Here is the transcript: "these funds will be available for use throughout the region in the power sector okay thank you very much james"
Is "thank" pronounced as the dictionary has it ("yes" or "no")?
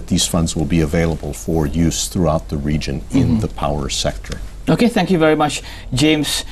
yes